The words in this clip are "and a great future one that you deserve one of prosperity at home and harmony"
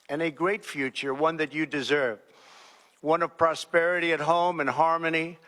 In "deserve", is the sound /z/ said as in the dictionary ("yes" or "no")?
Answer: yes